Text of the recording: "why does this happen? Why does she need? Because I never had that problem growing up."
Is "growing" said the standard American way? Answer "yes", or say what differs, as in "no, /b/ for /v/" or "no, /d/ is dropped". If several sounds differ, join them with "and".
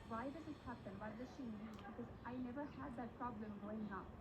no, /ɹ/ is dropped